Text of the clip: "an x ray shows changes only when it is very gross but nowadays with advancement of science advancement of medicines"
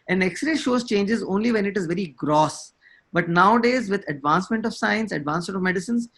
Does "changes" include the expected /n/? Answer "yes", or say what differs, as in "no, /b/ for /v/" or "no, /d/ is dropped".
yes